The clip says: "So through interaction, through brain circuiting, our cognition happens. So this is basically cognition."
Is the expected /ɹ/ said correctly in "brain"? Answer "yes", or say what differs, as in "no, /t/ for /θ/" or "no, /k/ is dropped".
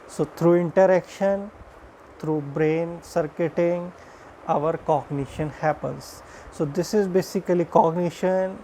yes